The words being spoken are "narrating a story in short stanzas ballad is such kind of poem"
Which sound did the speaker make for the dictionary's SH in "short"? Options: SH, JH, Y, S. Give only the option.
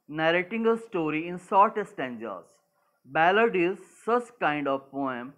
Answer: S